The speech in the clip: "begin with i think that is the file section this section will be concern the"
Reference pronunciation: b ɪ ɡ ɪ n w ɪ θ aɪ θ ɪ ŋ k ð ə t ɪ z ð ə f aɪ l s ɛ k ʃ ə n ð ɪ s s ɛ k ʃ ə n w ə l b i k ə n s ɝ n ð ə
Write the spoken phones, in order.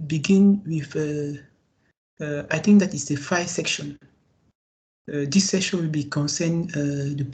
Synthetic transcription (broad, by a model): b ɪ ɡ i n w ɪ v aɪ t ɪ ŋ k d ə t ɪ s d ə f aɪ s ɛ k ʃ ə n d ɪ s s ɛ k ʃ ə n w ə l b i k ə n s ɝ n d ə